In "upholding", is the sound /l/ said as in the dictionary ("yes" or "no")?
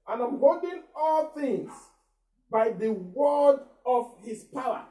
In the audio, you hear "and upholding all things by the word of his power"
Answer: no